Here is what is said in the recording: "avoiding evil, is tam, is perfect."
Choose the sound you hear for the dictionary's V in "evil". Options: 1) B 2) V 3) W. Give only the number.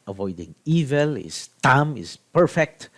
2